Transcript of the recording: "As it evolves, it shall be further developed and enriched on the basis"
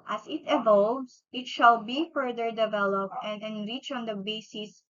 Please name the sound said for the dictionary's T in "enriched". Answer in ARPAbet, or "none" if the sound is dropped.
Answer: none